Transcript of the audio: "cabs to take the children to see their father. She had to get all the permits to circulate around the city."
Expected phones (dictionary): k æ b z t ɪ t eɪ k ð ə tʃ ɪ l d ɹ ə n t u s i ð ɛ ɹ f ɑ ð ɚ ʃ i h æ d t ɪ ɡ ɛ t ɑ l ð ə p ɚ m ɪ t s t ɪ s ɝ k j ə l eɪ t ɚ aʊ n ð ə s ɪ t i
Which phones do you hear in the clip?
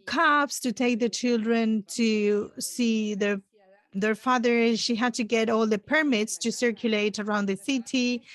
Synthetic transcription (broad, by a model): k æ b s t ɪ t eɪ k ð ə tʃ ɪ l d ɹ ə n t u s i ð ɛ ɹ f ɑ ð ɚ ʃ i h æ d t ɪ ɡ ɛ t ɑ l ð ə p ɚ m ɪ t s t ɪ s ɝ k j ə l eɪ t ɚ aʊ n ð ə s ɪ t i